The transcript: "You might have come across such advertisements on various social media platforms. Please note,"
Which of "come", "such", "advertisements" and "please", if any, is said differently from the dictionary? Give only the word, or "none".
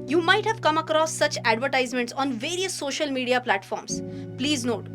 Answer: none